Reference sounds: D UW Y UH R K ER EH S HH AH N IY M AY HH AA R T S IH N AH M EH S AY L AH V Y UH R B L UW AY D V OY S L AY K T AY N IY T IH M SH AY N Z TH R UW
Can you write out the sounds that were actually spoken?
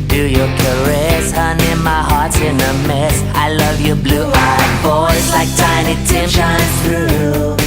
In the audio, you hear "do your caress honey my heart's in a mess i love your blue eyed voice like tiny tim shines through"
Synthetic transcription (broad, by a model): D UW Y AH R K ER EH S HH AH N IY M AY HH AA R T S IH N AH M EH S AY L AH V Y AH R B L UW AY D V OY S L AY K T AY N IY T IH M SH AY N TH R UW